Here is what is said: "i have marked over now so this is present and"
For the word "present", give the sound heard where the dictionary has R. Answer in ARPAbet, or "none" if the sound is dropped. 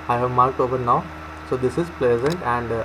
L